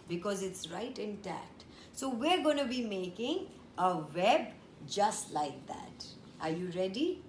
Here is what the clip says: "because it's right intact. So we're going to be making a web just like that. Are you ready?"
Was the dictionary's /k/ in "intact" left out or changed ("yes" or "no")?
yes